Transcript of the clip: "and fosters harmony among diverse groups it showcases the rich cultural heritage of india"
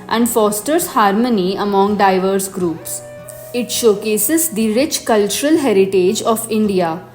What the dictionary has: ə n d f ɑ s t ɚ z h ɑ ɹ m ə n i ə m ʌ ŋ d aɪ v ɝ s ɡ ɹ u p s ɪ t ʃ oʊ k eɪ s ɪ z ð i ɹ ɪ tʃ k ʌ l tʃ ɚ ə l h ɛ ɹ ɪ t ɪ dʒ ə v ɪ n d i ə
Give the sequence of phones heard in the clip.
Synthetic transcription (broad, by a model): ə n d f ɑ s t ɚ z h ɑ ɹ m ə n i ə m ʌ ŋ d aɪ v ɝ s ɡ ɹ u p s ɪ t ʃ oʊ k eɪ s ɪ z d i ɹ ɪ tʃ k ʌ l tʃ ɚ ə l h ɛ ɹ ɪ t ɪ dʒ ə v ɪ n d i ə